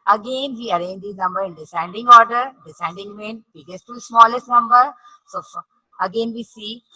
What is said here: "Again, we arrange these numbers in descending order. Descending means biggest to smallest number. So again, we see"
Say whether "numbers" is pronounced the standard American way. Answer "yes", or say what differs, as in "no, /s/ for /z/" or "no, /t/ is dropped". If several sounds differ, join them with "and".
no, /z/ is dropped